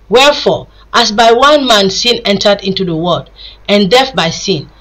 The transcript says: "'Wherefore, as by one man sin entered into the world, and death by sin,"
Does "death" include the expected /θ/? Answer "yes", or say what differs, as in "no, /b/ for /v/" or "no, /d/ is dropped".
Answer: no, /f/ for /θ/